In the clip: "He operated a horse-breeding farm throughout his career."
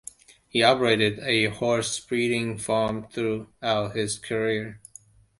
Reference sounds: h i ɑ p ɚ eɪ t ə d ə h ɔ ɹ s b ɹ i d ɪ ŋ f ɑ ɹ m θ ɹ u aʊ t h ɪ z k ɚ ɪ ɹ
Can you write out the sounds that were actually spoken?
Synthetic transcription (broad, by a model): h i ɑ p ɚ eɪ t ə d ə h ɔ ɹ s b ɹ i d ɪ ŋ f ɑ ɹ m θ ɹ u aʊ t h ɪ z k ɚ ɪ ɹ